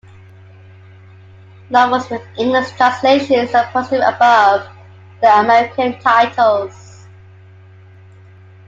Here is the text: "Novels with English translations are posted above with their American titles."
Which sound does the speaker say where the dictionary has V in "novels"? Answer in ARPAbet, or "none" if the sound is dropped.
W